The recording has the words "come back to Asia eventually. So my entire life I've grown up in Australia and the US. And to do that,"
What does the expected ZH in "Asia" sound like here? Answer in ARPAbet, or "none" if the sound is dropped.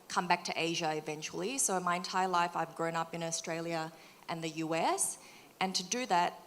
ZH